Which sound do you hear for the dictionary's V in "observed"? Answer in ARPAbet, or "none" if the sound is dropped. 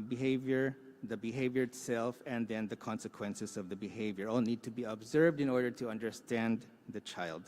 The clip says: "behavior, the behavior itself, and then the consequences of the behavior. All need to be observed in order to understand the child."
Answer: V